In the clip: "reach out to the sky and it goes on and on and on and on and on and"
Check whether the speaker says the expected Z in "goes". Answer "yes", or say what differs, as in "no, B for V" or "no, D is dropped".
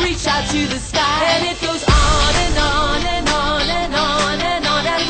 yes